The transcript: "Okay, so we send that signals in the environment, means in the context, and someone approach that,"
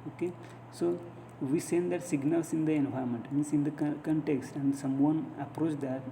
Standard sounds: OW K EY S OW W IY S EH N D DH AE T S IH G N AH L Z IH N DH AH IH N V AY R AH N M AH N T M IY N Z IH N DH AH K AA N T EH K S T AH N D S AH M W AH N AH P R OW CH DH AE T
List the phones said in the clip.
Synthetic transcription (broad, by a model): OW K EY S OW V IY S EH N D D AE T S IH G N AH L S IH N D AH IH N UW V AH M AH N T M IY N S IH N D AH K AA N T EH K S T AH N D S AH M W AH N AH P R OW CH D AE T